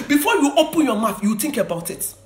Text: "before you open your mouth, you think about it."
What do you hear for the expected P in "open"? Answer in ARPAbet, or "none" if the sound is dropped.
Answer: P